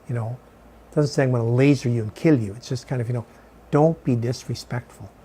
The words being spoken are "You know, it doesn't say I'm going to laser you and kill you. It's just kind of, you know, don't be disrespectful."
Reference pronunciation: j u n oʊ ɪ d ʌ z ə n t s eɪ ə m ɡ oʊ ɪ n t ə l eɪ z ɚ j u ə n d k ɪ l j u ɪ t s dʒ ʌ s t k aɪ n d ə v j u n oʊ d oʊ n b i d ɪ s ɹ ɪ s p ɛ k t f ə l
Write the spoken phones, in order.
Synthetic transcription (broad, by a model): j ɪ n oʊ ɪ d ʌ z ə n t s eɪ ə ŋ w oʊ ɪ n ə l eɪ z ɚ j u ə n k ɪ l j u ɪ t s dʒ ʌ s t k aɪ n d ə v j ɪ n oʊ d oʊ n b i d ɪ s ɹ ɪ s p ɛ k t f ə l